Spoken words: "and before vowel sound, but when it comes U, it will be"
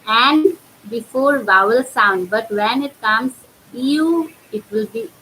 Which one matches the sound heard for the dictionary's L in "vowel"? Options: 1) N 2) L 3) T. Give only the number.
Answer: 2